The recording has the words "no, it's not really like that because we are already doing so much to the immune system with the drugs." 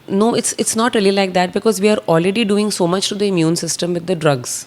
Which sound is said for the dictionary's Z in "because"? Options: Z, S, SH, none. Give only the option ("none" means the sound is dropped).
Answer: Z